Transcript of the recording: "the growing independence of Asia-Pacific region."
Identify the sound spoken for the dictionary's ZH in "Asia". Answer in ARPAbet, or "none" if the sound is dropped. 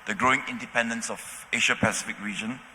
SH